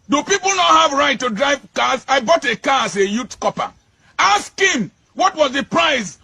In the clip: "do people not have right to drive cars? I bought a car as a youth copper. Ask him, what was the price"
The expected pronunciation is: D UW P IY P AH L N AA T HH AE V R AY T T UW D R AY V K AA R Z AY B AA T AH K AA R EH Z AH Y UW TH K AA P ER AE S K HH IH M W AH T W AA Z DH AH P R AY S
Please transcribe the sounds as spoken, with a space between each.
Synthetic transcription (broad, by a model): D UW P IY P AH L N AA T HH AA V R AY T T UW D R AY V K AA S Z AY B AA T AH K AA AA S AH Y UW T K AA P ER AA S K HH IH M W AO T W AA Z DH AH P R AY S